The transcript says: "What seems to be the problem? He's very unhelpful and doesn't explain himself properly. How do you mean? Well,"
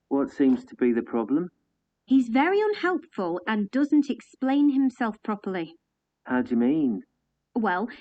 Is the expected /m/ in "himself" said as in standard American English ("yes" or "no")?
yes